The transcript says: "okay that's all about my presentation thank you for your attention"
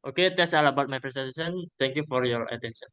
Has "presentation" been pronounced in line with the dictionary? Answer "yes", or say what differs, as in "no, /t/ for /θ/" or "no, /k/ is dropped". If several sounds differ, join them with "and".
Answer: no, /s/ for /z/ and /s/ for /ʃ/